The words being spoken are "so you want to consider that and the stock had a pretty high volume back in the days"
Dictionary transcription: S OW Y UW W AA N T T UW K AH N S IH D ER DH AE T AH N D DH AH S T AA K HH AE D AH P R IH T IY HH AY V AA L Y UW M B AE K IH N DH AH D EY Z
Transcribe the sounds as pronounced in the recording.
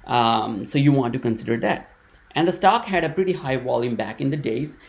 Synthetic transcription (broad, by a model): S OW Y UW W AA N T T UW K AH N S IH D ER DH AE T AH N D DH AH S T AA K HH AE D AH P R IH T IY HH AY V AA L Y UW M B AE K IH N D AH D EY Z